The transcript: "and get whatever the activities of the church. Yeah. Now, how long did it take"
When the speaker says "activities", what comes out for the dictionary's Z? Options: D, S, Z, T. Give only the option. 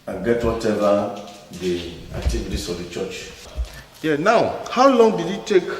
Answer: S